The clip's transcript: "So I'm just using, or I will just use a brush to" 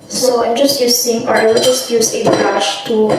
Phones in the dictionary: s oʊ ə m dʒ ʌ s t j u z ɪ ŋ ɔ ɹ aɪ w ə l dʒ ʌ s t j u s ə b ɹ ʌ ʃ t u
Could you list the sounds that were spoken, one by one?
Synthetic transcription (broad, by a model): s oʊ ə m dʒ ʌ s t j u s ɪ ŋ ɔ ɹ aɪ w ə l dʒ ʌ s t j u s ə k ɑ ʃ t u